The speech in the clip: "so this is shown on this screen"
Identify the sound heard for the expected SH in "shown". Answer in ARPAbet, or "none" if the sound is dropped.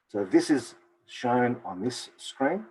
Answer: SH